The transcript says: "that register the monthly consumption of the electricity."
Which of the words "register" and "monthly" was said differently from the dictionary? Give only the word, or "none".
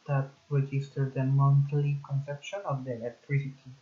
monthly